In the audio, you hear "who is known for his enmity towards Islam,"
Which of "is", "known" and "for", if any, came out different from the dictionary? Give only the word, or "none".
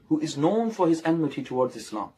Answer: none